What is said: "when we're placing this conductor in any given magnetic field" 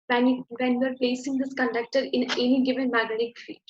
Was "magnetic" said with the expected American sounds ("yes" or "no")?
no